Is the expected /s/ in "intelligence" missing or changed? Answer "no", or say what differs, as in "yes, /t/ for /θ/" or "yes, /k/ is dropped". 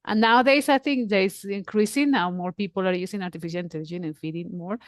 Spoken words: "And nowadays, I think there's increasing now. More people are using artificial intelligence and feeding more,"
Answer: yes, /s/ is dropped